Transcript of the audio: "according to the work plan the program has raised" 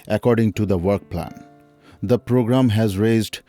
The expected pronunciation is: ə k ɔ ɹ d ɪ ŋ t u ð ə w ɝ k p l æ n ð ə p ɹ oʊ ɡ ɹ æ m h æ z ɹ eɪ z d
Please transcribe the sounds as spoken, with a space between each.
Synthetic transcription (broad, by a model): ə k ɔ ɹ d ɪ ŋ t u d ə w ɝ k p l æ n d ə p ɹ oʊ ɡ ɹ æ m h æ z ɹ eɪ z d